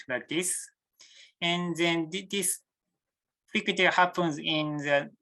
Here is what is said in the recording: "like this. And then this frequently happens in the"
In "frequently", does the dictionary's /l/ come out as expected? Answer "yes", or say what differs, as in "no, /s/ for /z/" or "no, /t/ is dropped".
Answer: no, /l/ is dropped